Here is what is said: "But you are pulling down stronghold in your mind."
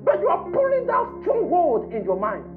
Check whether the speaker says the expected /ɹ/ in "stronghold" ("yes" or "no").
no